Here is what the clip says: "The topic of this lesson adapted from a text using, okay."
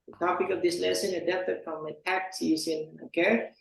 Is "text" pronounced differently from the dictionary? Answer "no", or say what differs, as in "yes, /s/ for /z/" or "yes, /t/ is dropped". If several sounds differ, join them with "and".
yes, /s/ is dropped